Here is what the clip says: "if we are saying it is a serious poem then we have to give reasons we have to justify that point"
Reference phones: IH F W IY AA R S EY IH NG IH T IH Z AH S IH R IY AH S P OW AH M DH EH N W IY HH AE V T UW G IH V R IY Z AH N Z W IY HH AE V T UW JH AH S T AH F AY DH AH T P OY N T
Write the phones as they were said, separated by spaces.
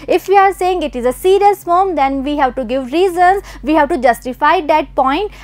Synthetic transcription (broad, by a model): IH F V IY AA R S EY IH NG IH T IH Z AH S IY R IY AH S F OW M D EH N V IY HH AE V T UW G IH V R IY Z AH N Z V IY HH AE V T UW JH AH S T AH F AY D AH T P OY N T